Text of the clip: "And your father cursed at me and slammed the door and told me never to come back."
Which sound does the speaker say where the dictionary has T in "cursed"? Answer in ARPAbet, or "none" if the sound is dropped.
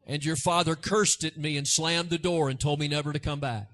T